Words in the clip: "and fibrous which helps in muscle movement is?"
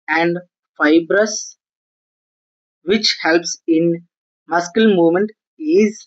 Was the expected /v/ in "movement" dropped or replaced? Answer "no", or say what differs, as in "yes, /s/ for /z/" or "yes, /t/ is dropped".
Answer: yes, /v/ is dropped